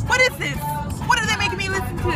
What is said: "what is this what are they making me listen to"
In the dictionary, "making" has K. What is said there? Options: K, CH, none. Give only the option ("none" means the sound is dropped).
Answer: none